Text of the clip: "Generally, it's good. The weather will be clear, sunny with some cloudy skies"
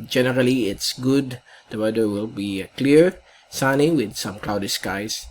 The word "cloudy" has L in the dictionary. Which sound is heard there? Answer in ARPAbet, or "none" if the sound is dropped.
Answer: L